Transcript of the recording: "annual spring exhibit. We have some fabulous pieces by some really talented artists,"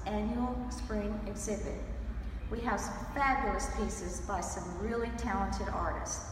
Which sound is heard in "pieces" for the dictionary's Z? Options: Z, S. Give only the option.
Z